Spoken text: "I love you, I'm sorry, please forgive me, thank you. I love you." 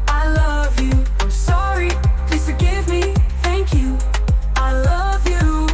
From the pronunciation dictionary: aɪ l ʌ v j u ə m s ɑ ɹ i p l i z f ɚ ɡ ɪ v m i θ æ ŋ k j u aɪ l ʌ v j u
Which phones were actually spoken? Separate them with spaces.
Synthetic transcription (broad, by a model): aɪ l ʌ v j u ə s ɑ ɹ i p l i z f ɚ ɡ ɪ v m i θ æ ŋ k j u aɪ l ʌ v j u